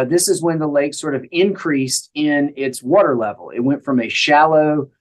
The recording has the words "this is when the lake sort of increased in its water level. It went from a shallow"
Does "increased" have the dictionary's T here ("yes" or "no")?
yes